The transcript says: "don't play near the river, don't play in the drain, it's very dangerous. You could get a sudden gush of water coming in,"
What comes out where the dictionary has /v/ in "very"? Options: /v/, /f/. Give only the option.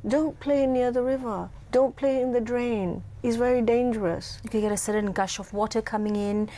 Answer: /v/